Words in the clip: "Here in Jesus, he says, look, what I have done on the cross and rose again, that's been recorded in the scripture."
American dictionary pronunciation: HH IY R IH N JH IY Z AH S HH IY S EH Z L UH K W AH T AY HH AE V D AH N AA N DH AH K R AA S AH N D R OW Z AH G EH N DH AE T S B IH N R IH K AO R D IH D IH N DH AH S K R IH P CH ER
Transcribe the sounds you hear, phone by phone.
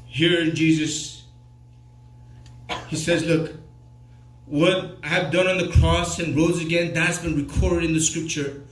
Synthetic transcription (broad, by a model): HH IY R IH N JH IY Z AH S HH IY S EH Z L UH K W AH T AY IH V D AH N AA N DH AH K R AA S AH N R OW Z AH G EH N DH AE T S B IH N R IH K AO R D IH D IH N DH AH S K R IH P CH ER